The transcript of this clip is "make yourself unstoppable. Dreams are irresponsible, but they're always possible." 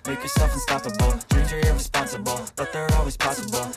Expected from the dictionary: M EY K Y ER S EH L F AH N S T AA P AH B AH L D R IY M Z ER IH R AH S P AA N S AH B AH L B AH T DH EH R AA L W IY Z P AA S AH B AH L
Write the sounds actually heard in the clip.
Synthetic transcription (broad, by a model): M EY K Y ER S EH L F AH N S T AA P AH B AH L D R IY Z ER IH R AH S P AA N S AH B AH L B AH T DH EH R AA L W IY Z P AA S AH B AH L